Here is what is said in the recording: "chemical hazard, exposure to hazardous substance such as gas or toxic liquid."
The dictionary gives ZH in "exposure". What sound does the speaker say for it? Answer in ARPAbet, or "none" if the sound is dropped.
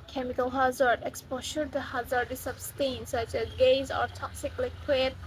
SH